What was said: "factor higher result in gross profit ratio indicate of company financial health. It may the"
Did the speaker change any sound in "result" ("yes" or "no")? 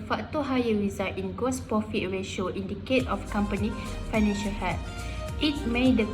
yes